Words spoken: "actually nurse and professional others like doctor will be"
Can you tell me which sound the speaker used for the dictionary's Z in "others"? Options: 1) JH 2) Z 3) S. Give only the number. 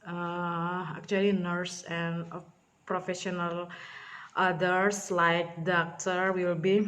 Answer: 3